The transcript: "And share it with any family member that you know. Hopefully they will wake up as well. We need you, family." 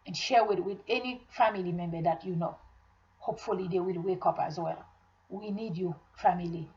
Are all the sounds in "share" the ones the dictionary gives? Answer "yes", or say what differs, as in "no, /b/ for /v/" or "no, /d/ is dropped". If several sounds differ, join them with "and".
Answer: no, /w/ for /ɹ/